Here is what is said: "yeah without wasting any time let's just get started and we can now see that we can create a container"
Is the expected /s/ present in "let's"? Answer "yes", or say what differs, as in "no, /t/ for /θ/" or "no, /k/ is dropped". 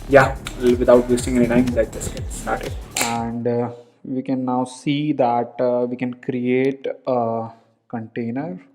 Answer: no, /s/ is dropped